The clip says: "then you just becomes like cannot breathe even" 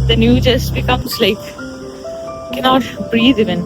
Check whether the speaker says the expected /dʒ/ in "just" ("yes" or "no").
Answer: yes